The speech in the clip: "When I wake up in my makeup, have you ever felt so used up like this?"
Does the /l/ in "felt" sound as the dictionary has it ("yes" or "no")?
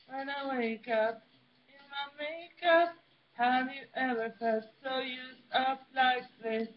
no